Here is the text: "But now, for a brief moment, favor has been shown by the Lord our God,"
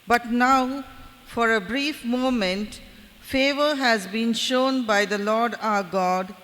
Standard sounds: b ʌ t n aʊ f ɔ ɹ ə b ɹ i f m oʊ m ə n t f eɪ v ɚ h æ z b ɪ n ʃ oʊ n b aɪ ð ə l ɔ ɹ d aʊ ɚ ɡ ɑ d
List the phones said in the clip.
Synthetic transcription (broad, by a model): b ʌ t n aʊ f ɔ ɹ ə b ɹ i f m oʊ m ə n t f eɪ v ɚ h æ z b ɪ n ʃ oʊ n b aɪ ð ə l ɔ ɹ d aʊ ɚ ɡ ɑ d